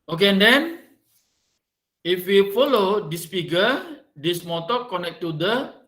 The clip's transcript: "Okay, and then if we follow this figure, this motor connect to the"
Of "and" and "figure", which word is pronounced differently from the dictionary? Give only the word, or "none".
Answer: figure